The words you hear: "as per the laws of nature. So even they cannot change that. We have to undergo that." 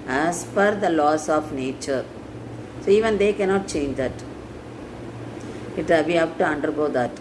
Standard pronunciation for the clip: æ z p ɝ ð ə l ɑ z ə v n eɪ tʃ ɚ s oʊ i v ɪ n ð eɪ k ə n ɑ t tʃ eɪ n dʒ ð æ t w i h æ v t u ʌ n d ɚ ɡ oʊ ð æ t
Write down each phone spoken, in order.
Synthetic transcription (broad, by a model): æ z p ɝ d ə l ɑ s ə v n eɪ tʃ ɚ s oʊ i v ɪ n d eɪ k ə n ɑ t tʃ eɪ n dʒ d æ t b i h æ b t u ʌ n d ɚ ɡ oʊ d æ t